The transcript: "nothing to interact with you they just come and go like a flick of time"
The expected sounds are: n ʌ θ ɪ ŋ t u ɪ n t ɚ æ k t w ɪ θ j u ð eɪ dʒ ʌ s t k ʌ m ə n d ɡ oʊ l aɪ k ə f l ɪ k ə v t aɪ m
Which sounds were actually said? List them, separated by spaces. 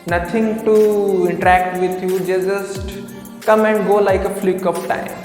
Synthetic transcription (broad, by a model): n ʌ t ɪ ŋ t u ɪ n t ɚ æ k t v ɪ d j u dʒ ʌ dʒ ʌ s t k ʌ m ə n d ɡ oʊ l aɪ k ə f l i k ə p t aɪ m